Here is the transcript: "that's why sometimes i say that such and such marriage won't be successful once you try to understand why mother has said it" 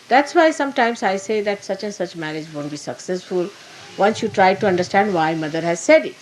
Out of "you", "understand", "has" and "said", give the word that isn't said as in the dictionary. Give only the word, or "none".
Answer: none